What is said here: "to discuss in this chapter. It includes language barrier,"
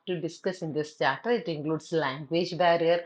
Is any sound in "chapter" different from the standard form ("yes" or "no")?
yes